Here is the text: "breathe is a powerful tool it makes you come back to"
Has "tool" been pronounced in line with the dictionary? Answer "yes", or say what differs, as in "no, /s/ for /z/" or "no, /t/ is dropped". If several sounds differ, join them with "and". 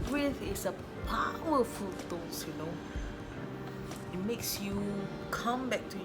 no, /n/ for /l/